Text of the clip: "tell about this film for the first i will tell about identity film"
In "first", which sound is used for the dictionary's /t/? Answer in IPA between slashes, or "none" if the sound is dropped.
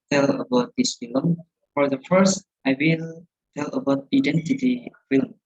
/t/